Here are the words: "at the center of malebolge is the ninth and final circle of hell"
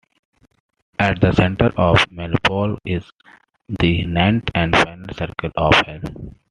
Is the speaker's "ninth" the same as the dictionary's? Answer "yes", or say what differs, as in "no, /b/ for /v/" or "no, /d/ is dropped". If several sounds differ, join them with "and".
no, /t/ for /θ/